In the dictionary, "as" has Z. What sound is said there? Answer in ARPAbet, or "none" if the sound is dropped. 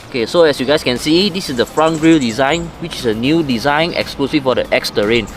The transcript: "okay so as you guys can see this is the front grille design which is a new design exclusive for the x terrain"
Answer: S